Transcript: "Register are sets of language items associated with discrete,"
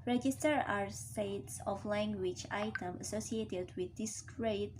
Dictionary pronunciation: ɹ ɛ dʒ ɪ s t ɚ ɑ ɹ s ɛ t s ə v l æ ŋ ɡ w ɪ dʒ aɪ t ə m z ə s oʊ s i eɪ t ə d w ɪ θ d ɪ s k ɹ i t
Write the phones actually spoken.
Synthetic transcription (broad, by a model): ɹ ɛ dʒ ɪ s t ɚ ɑ ɹ s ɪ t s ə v l æ ŋ ɡ w ɪ dʒ aɪ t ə m ə s oʊ s i eɪ t ə d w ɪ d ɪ s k ɹ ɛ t